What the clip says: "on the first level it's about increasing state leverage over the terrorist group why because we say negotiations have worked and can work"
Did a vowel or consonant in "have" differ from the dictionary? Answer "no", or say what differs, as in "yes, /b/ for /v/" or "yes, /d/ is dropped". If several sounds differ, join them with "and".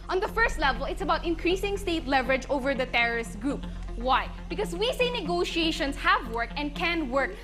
no